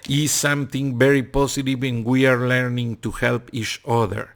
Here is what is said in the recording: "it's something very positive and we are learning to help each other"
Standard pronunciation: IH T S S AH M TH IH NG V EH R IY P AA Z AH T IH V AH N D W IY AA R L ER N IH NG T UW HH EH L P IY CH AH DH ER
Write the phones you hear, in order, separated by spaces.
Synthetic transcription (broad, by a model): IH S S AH M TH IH NG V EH R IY P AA S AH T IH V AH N W IY AA R L ER N IH NG T UW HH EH L P IY CH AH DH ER